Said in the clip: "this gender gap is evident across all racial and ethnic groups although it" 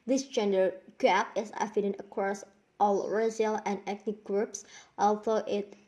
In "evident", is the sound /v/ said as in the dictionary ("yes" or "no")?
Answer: no